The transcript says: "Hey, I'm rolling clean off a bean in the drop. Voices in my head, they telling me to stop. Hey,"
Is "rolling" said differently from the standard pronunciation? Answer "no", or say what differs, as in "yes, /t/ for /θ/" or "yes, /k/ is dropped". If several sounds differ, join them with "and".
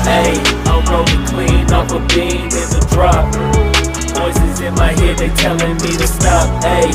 yes, /l/ is dropped